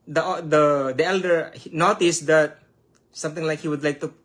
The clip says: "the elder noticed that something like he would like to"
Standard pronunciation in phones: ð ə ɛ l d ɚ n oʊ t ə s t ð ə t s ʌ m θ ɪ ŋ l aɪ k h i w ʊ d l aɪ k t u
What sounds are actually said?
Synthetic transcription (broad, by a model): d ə ɛ l d ɚ n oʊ t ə s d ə t s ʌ m t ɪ ŋ l aɪ k h i w ʊ d l aɪ k t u